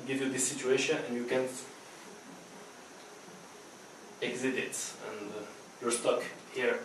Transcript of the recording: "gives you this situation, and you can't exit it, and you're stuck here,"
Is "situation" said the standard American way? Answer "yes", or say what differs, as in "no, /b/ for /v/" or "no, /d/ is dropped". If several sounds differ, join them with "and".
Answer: yes